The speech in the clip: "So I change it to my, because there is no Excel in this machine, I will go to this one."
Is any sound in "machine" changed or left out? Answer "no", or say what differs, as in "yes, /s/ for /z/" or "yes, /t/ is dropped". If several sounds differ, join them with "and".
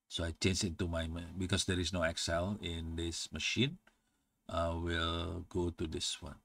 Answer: no